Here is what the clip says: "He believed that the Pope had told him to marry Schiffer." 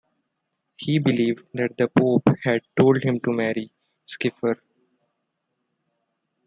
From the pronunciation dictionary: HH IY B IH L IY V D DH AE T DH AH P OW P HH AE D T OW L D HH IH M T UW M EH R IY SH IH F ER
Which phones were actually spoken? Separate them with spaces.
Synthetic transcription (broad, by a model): HH IY B IH L IY V D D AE T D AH P OW P HH AE D T OW L D HH IH M T UW M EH R IY S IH F ER